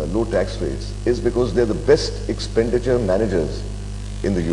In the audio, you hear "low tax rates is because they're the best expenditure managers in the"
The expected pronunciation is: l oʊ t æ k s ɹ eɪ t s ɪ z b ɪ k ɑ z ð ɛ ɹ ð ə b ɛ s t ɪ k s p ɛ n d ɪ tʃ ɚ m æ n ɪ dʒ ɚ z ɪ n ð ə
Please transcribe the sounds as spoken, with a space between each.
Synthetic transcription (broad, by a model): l oʊ t æ k s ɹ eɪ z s ɪ z b ɪ k ɑ z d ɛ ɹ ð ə b ɛ s t ɪ k s p ɛ n d ɪ tʃ ɚ m æ n ɪ dʒ ɚ z ɪ n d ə